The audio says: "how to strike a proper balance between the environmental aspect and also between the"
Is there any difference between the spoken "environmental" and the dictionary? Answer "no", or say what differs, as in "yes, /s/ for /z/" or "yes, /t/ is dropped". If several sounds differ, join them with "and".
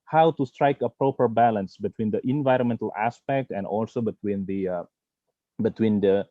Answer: no